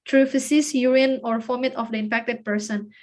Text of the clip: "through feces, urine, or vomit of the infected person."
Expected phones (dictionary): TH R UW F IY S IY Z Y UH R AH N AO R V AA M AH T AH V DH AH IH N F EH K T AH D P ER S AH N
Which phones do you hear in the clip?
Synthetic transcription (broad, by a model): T R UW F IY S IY S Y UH R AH N AO R F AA M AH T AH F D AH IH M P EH K T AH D P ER S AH N